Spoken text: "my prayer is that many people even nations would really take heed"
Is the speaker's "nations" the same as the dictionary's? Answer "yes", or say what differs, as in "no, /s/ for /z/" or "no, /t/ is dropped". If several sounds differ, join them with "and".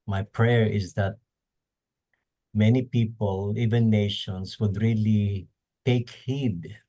no, /s/ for /z/